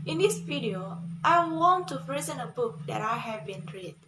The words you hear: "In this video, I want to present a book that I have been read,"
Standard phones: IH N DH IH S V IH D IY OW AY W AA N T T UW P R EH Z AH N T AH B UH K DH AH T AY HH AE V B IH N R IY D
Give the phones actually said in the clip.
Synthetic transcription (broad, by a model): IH N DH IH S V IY D IY OW AY W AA N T T UW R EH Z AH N AH B UH K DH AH T AY HH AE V B IH N R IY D